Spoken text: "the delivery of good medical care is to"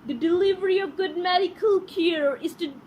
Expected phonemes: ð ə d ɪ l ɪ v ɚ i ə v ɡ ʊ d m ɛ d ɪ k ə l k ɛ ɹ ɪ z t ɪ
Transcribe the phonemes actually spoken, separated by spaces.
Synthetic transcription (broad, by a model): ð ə d ɪ l ɪ v ɚ i ə v ɡ ʊ d m ɛ d ɪ k ə l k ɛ ɹ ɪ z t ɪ